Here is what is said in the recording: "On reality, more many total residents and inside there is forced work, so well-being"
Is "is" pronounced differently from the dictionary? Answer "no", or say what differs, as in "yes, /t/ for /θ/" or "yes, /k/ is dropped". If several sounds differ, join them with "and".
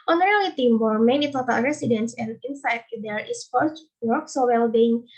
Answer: yes, /s/ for /z/